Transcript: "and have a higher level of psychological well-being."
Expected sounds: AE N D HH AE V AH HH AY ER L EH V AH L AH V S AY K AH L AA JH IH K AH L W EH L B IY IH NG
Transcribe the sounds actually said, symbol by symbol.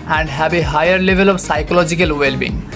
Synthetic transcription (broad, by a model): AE N D HH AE B AH HH AY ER L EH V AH L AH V S AY K AH L AA JH IH K AH L W EH L B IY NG